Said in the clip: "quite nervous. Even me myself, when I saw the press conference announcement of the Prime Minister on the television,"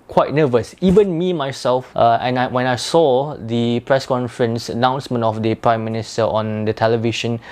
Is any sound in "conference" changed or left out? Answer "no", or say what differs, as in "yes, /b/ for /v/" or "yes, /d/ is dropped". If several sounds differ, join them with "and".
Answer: no